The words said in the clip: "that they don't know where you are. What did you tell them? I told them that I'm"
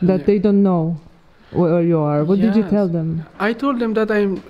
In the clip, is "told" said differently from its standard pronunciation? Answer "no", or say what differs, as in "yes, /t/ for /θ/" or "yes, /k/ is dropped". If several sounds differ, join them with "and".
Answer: no